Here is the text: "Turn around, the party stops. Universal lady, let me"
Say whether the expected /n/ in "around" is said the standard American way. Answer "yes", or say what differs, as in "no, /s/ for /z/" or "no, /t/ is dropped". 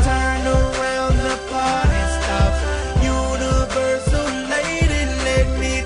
no, /l/ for /n/